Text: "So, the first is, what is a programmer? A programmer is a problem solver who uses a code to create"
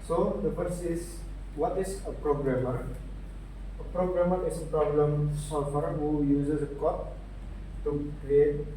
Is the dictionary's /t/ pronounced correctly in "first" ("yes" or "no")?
no